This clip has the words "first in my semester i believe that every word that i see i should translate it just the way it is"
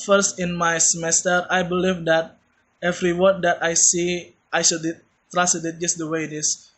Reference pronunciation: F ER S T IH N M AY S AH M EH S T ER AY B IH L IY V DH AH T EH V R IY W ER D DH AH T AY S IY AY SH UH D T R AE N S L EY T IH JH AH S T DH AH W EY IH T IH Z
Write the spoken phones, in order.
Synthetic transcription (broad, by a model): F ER S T IH N M AY S AH M EH S T ER AY B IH L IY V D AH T EH V R IY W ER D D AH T AY S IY AY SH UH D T R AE S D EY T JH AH S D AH W EY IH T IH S